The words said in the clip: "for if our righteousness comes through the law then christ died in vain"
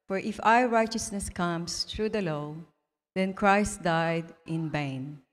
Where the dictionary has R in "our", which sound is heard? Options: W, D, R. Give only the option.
W